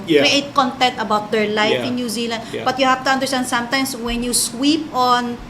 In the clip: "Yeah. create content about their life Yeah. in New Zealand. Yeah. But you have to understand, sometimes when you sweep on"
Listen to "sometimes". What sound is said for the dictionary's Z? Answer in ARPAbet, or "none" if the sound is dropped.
S